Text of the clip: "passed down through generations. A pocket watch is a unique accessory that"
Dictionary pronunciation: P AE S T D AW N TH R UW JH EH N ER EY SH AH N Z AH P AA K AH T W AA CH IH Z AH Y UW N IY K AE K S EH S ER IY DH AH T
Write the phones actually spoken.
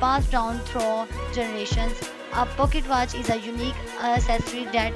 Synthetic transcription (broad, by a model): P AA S D AW N T R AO JH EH N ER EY SH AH N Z AH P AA K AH T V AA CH IH Z AH Y UW N IY K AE S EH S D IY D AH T